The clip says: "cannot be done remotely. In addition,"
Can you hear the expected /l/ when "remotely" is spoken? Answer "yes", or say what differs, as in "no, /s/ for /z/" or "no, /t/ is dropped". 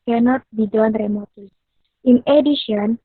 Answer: no, /l/ is dropped